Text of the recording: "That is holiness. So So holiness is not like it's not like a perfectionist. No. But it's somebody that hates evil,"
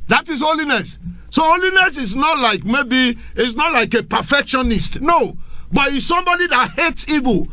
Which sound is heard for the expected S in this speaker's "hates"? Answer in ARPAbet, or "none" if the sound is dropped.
S